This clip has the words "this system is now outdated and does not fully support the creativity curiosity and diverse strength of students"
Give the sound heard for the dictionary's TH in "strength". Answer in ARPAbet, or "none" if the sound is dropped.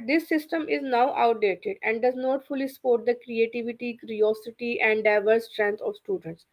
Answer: T